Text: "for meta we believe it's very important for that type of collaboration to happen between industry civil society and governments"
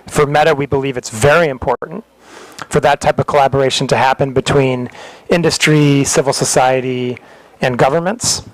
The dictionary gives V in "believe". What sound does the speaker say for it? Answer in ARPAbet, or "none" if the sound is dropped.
V